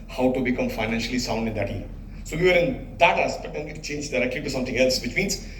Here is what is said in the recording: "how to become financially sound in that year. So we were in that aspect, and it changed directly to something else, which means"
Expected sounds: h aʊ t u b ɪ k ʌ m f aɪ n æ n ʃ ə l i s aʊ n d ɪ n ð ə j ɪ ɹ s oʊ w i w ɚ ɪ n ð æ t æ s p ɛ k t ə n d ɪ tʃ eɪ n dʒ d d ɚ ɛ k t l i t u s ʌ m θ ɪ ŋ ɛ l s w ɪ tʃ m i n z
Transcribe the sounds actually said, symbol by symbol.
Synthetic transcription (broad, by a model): h aʊ t u b ɪ k ʌ m f aɪ n æ n ʃ ə l i s aʊ n d ɪ n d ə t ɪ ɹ s oʊ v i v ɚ ɪ n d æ t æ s b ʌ t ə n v ɪ tʃ eɪ n dʒ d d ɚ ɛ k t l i t u s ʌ m t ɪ ŋ ɛ l s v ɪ tʃ m i n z